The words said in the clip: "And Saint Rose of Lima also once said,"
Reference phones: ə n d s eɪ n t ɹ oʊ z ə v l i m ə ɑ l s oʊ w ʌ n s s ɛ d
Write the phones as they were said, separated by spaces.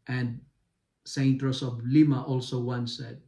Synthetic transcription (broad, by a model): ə n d s eɪ n t ɹ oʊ s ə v l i m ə ɑ l s oʊ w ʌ n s s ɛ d